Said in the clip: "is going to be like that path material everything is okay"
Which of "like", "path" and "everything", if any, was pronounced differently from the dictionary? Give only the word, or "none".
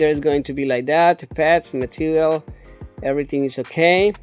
path